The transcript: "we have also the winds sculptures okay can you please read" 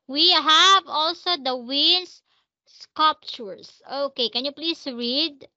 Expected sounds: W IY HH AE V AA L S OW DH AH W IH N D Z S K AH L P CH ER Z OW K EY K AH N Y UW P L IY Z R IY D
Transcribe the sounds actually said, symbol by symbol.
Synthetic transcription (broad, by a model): W IY HH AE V AA L S OW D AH W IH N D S S K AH L P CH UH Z OW K EY K AH N Y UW P L IY S R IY D